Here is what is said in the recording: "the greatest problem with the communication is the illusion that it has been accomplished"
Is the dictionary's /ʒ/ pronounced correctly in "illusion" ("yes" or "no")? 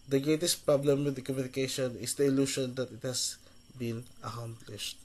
no